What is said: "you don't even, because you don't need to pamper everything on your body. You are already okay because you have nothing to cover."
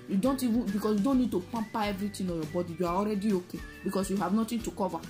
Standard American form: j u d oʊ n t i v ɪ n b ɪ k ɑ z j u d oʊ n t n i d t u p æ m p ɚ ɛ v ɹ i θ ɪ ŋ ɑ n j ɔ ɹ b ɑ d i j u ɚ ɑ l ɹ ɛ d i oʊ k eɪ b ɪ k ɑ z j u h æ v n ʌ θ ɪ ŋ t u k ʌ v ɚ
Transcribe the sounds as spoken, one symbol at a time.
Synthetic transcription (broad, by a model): j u d oʊ n t i v ɪ n b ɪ k ɑ s j u d oʊ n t n i d t u p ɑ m p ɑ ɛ v ɹ i t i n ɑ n j ɔ b ɑ d i j u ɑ ɑ l ɹ ɛ d i oʊ k eɪ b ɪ k ɑ s j u h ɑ v n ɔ t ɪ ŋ t u k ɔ v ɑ